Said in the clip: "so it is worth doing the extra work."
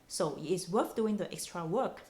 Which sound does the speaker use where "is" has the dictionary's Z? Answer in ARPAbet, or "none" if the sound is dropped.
S